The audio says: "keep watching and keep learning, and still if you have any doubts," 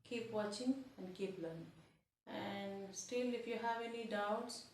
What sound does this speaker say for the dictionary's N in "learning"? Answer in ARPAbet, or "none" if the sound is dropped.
none